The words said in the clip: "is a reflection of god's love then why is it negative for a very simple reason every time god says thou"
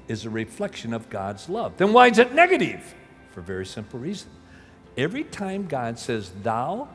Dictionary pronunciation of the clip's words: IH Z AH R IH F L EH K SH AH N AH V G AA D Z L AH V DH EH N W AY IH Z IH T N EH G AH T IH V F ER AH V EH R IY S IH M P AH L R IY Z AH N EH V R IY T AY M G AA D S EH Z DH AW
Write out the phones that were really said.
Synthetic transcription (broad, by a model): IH Z AH R IH F L EH K SH AH N AH V G AA D Z L AH V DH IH N W AY IH Z IH T N EH G AH T IH V F ER V EH R IY S IH M P L R IY Z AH N EH V R IY T AY M G AA D S EH Z DH AW